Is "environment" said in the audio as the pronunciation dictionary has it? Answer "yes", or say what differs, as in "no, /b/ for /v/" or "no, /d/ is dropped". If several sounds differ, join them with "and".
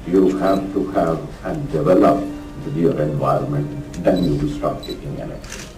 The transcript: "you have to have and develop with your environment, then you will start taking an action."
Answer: yes